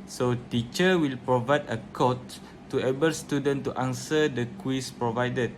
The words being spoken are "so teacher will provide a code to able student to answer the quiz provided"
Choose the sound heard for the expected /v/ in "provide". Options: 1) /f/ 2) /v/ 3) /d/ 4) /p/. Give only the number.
2